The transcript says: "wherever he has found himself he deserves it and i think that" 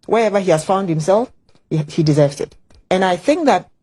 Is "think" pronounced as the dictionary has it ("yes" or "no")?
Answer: yes